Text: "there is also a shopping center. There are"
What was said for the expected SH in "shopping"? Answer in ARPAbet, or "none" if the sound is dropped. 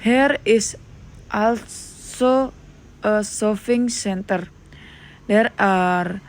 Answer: S